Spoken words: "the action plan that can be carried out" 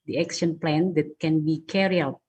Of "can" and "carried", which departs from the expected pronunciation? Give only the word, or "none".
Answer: carried